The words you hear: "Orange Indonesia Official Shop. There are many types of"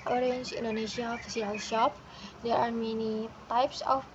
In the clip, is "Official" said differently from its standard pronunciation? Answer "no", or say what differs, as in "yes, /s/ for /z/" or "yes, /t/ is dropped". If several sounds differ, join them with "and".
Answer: yes, /s/ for /ʃ/